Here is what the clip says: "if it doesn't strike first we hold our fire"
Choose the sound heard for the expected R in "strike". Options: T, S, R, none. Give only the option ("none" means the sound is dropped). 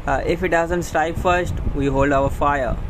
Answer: none